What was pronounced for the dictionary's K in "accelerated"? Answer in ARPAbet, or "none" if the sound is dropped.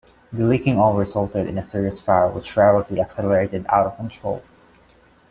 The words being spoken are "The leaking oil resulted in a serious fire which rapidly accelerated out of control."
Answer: K